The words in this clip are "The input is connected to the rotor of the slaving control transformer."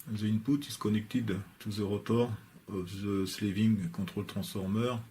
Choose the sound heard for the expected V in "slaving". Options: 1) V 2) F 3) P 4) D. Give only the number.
1